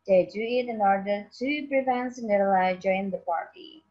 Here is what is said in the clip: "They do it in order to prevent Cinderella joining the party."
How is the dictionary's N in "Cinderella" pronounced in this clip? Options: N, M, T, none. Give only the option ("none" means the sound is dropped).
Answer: none